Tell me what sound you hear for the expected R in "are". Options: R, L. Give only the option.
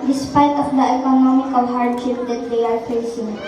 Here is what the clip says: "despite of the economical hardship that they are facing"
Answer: L